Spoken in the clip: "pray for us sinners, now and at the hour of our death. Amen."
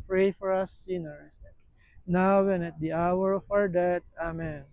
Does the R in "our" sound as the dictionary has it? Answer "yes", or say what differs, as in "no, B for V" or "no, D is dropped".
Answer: yes